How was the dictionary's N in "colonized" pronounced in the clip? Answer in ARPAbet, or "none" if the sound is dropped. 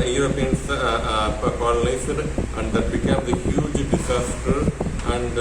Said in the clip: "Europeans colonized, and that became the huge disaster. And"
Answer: L